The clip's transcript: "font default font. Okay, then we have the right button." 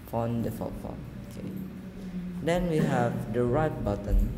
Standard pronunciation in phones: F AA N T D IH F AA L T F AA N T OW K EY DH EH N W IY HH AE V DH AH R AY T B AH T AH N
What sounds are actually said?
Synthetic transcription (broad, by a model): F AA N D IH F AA T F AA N OW K EY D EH N W IY HH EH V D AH R AY T B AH T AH N